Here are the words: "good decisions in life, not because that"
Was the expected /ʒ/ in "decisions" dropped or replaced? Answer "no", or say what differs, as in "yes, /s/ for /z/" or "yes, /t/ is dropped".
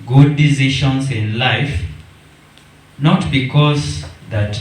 yes, /ʃ/ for /ʒ/